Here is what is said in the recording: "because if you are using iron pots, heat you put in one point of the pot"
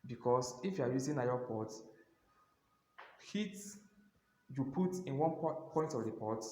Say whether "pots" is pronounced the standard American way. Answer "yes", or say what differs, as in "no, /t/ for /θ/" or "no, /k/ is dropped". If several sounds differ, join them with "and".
no, /s/ is dropped